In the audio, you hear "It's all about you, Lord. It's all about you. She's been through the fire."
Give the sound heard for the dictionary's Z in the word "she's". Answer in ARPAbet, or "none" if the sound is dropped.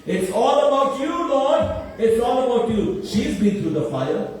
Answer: Z